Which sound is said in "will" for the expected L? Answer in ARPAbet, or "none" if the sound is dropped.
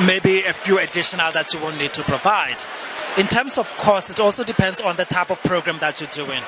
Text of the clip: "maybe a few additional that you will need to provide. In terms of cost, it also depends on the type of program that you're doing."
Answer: N